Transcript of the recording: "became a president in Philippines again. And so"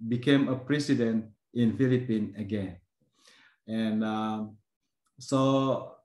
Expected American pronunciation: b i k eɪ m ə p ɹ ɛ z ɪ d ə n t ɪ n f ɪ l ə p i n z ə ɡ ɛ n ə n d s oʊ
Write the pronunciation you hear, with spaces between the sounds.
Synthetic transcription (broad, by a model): b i k eɪ m ə p ɹ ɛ s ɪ d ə n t ɪ n f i l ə p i n ə ɡ ɛ n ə n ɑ s oʊ